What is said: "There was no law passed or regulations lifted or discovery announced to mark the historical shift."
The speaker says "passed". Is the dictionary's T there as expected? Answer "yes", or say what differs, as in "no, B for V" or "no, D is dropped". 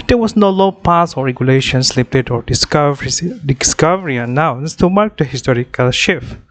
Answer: no, T is dropped